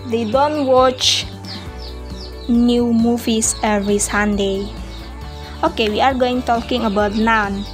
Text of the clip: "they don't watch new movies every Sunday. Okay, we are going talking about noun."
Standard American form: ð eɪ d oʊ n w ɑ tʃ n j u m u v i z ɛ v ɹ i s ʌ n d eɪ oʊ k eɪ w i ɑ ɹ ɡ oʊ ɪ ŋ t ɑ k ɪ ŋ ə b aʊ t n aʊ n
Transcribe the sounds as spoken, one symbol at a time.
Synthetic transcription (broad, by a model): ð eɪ d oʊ n w ɑ tʃ n j u m u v i s ɛ v ɹ i s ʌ n d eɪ oʊ k eɪ w i ɑ ɹ ɡ oʊ ɪ ŋ t ɑ k ɪ ŋ ə b aʊ t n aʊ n